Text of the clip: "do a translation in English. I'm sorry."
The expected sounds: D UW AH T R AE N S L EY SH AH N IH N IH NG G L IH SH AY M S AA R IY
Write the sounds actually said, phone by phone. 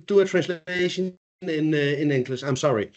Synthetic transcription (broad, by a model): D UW AH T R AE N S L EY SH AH N IH N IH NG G L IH S AY M S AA R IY